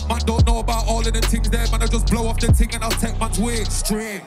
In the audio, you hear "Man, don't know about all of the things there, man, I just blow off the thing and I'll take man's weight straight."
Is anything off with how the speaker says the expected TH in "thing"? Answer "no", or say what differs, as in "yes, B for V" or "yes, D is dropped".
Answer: yes, T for TH